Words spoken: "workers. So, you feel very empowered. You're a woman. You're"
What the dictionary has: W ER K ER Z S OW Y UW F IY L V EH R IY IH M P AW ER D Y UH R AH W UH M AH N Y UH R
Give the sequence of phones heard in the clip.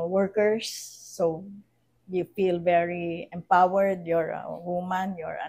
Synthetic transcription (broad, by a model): W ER K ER S OW Y UW F IY L V EH R IY IH M P AW ER D Y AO R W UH M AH N Y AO R